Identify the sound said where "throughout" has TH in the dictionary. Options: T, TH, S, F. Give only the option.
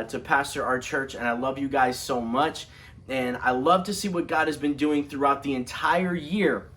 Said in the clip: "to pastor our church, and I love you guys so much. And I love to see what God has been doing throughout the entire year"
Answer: TH